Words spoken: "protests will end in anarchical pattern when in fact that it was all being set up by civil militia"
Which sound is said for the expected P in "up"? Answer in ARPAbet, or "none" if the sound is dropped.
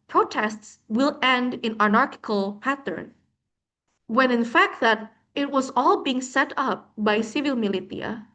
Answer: P